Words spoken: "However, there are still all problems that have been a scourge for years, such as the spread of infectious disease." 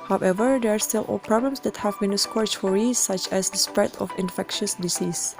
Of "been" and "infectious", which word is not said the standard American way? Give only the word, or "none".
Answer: none